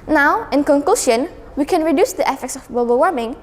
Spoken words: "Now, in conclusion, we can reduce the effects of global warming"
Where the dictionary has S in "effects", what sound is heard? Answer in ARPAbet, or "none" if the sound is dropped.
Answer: S